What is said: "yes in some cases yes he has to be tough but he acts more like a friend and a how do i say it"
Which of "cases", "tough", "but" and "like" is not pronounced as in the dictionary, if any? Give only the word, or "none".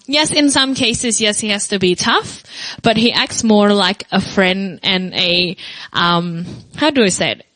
none